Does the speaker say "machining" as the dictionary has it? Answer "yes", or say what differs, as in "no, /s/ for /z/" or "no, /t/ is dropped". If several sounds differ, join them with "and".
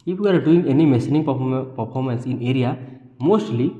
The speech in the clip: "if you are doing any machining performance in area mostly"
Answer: no, /s/ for /ʃ/